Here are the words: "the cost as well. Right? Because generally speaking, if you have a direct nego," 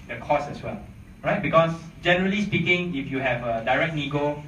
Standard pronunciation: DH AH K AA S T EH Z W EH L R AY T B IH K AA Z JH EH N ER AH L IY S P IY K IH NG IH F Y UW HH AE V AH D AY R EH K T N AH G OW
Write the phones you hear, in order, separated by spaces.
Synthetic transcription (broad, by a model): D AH K AA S EH S W EH L R AY T B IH K AA S JH EH N ER AH L IY S P IY K IH NG IH F Y UW HH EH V AH D AY R EH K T N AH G OW